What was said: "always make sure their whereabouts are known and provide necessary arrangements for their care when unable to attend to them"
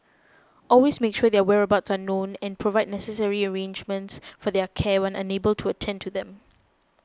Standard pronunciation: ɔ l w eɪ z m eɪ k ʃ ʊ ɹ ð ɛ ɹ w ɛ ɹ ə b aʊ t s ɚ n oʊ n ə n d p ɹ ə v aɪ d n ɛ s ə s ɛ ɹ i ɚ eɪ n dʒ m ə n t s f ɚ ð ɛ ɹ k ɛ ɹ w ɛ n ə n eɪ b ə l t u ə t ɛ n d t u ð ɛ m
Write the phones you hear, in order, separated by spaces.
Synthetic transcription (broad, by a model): ɔ l w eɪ s m eɪ k ʃ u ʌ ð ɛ w ɛ ɹ ə b aʊ t s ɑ n oʊ n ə n p ɹ ə v aɪ d n ɛ s ə s ɛ ɹ i ɚ eɪ n dʒ m ə n t s f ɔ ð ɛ k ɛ w ɛ n ə n eɪ b ə l t u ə t ɛ n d t u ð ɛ m